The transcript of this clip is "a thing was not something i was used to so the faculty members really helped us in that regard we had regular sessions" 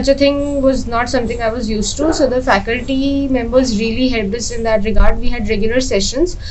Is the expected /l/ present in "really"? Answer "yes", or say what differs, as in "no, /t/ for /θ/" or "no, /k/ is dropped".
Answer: yes